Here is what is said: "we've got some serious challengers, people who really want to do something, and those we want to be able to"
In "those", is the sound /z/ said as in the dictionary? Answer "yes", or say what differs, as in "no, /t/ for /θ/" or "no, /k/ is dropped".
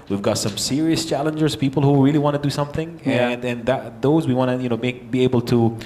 yes